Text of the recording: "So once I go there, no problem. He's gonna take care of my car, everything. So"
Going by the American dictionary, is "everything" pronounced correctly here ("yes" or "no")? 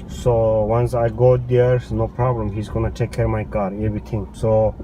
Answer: no